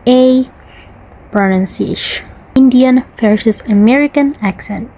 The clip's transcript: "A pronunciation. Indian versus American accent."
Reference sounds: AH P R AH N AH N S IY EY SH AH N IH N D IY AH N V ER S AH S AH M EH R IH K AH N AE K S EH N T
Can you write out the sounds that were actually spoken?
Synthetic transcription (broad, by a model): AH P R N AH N S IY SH IH N D IY AH N F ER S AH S AH M EH R IH K AH N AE K S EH N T